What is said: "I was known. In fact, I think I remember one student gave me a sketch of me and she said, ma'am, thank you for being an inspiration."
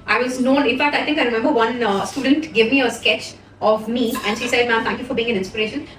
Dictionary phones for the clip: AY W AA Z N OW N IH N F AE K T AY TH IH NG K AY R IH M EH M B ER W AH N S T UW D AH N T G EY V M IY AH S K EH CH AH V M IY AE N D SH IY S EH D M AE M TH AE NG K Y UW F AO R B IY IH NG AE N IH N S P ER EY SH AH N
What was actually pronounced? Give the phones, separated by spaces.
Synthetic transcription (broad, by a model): AY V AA Z N OW N IH N F AE K T AY T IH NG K AY R IH M EH M B ER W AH N S T UW D AH N T G EY V M IY AH S K EH CH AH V M IY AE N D SH IY S EH D M AE M T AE NG K Y UW F AO R B IY IH NG AE N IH N S P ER EY SH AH N